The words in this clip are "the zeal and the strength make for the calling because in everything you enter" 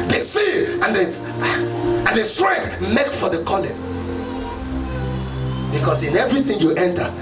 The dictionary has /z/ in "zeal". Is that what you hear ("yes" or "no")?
no